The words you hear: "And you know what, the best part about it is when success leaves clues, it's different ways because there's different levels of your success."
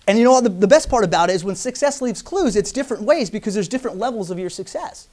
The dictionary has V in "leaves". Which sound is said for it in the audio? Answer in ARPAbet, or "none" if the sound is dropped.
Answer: V